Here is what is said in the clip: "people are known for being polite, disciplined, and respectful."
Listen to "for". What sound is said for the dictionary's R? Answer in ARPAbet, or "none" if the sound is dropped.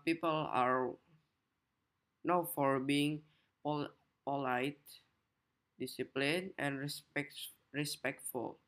R